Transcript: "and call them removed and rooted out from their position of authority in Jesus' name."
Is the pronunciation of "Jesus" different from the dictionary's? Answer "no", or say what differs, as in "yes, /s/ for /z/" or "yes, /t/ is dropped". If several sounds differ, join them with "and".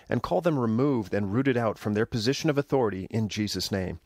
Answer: no